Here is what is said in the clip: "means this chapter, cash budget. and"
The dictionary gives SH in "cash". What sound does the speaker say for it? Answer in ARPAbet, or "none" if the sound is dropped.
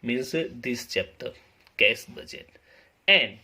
S